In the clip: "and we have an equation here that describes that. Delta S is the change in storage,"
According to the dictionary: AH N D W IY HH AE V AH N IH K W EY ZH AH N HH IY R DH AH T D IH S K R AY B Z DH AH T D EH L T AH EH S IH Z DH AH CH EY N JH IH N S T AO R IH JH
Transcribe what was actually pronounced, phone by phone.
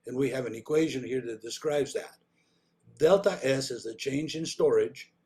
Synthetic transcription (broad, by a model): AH N W IY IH V AH N IH K W EY ZH AH N HH IY R DH AH T D IH S K R AY B Z DH AH T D EH L T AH EH S IH Z DH AH CH EY N JH IH N S T AO R IH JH